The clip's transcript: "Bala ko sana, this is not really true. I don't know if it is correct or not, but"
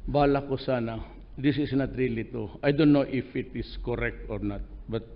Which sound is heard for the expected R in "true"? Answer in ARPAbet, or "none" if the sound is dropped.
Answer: none